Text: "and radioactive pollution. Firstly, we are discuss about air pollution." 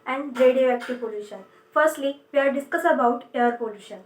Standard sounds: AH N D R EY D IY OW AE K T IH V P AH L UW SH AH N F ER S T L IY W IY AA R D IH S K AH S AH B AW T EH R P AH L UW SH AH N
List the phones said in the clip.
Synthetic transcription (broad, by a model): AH N D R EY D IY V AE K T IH P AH L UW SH AH N F ER S T L IY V IY AA R D IH S K AH S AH B AW T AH R P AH L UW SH AH N